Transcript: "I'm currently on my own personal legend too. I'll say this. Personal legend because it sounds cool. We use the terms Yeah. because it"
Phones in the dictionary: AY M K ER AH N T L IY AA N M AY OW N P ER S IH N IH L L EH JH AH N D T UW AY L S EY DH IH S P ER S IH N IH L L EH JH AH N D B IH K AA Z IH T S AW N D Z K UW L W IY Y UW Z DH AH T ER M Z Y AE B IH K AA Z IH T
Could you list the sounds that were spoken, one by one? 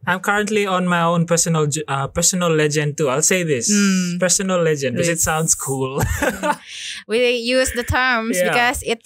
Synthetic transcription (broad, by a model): AY M K ER AH N T L IY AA N M AY OW N P ER S IH N IH L L EH JH AH N D T UW AY L S EY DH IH S P ER S IH N IH L L EH JH AH N D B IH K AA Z IH T S AW N D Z K UW L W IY Y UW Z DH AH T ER M Y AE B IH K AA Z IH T